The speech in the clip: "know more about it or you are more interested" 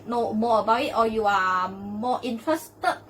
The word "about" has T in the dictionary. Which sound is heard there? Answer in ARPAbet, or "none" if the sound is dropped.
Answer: none